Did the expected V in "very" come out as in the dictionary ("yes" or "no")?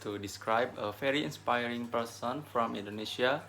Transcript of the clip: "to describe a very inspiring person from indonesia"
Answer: no